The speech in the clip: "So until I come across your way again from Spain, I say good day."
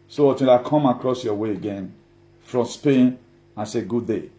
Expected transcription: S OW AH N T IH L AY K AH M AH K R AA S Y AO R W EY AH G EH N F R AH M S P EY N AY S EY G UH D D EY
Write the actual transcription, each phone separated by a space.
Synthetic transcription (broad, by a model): S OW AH T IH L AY K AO M AH K R AA S Y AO W EY AH G EH N F R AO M S P EY N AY S EY G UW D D EY